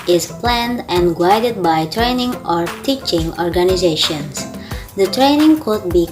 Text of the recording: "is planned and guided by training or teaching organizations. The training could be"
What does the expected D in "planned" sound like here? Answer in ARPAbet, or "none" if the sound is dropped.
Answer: D